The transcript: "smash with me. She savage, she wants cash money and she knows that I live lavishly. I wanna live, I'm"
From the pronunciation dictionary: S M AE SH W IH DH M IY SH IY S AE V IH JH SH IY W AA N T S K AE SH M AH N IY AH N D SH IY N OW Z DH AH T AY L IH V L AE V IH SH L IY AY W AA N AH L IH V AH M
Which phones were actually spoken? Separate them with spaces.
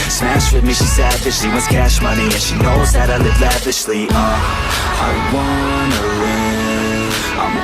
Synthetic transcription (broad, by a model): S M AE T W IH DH M IY SH IY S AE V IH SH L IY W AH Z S K AE SH M AH N IY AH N SH IY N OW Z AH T AY L IH V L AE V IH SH L IY AY W AA N AH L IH AH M